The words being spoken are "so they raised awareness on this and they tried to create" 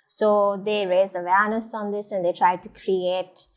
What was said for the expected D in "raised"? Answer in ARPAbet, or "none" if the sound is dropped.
none